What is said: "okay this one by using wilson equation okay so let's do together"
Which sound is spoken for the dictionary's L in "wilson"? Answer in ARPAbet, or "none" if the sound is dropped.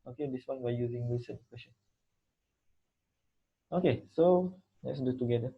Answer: none